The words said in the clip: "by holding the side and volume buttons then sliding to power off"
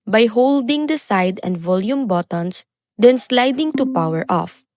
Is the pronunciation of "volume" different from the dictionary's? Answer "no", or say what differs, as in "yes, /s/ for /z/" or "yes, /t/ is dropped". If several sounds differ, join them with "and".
no